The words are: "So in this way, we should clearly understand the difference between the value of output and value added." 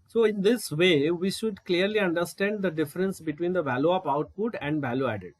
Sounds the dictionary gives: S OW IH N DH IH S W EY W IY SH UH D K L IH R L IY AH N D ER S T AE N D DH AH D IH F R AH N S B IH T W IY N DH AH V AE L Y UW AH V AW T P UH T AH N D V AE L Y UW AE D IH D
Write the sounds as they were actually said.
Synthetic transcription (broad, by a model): S OW IH N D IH S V EY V IY SH UH D K L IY R L IY AH N D ER S T AE N D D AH D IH F R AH N S B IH T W IY N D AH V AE L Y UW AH P AW T P UH T AH N D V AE L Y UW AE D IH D